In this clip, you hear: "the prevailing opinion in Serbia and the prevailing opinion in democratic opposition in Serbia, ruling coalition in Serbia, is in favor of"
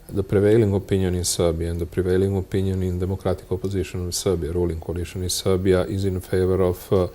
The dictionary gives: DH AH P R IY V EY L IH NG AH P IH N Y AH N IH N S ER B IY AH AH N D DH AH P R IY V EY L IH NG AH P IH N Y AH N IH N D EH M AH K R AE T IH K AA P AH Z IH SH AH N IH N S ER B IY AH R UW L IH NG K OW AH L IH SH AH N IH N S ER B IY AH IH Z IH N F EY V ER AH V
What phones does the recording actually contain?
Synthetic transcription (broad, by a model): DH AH P R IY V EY L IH NG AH P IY N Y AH N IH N S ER B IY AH AH N D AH P R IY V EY L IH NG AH P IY N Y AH N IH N D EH M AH K R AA T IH K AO P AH Z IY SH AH N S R B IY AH R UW L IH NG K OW L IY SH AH N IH S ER B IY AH IH Z IH N F EY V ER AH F